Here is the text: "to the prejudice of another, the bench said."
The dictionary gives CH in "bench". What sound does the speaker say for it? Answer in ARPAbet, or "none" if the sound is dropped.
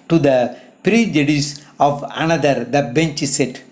CH